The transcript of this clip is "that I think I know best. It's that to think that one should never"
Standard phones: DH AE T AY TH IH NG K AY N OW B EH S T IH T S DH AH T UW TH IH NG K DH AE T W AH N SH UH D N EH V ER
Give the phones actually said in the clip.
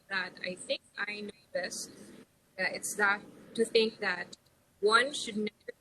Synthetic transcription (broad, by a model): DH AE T AY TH IH NG K AY N OW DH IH S IH T S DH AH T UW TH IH NG K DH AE T W AH N SH UH D N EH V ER